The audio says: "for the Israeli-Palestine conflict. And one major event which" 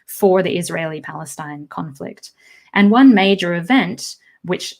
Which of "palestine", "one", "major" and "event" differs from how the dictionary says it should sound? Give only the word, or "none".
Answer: none